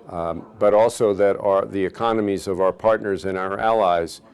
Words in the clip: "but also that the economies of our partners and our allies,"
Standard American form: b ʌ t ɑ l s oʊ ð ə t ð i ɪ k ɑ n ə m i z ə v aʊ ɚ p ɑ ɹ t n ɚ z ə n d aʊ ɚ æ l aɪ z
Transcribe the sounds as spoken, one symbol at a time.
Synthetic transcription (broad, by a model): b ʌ t ɑ l s oʊ ð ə t ð i ɪ k ɑ n ə m i z ə v aʊ ɚ p ɑ ɹ t n ɚ z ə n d aʊ ɚ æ l aɪ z